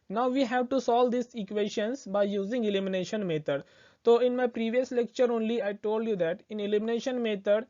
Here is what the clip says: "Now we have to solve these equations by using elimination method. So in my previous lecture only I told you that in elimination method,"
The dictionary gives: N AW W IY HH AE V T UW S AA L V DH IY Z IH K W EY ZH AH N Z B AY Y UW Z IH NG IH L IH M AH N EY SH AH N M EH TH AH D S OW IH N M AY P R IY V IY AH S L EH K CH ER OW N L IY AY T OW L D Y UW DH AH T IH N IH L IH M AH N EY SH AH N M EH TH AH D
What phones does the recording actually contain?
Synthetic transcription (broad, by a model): N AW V IY HH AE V T UW S AA L V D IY S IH K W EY SH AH N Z B AY Y UW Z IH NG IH L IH M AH N EY SH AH N M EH T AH D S OW IH N M AY P R IY V IY AH S L EH K CH ER OW N L IY AY T OW L D Y UW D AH T IH N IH L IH M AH N EY SH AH N M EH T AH D